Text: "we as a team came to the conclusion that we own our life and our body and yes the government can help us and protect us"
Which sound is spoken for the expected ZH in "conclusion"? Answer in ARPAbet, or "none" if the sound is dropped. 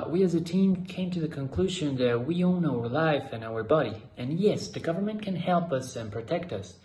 ZH